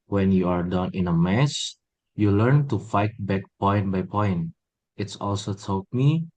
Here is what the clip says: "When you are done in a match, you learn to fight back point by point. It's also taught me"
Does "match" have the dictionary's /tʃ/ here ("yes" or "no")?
no